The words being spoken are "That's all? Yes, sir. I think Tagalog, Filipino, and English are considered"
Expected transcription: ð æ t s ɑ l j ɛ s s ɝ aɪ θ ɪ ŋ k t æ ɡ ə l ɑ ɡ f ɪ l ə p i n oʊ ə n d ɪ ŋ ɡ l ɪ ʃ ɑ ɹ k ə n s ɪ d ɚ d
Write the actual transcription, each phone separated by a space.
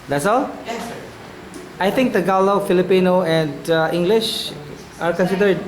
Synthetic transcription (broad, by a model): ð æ t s ɑ l aɪ t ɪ ŋ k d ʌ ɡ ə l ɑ f ɪ l ə p i n oʊ ə n d ɪ ŋ ɡ l ɪ ʃ ɑ ɹ k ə n s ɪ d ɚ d